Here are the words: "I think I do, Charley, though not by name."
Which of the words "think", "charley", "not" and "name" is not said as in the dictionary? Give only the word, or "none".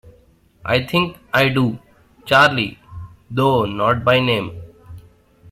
think